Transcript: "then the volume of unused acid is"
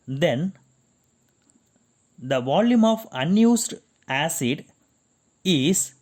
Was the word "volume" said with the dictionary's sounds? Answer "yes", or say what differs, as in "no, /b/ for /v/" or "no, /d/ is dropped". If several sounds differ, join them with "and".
yes